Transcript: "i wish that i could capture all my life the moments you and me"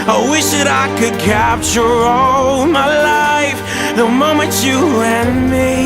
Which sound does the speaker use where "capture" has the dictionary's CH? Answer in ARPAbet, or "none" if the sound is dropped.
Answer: CH